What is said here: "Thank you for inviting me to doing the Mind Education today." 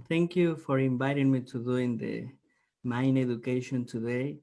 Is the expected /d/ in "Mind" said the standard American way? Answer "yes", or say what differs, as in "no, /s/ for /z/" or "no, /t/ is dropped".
no, /d/ is dropped